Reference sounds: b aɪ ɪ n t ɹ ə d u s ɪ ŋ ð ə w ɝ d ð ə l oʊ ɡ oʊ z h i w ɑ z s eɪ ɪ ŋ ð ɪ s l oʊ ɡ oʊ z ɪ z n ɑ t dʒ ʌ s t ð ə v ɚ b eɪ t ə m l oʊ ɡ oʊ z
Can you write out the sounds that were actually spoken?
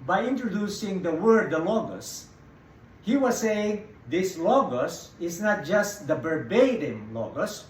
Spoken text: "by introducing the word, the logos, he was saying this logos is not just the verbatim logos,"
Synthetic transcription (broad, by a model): b aɪ ɪ n t ɹ ə d u s ɪ ŋ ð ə w ɝ d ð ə l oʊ ɡ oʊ s h i w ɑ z s eɪ ɪ ŋ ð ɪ s l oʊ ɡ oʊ s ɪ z n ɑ t dʒ ʌ s t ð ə b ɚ b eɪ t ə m l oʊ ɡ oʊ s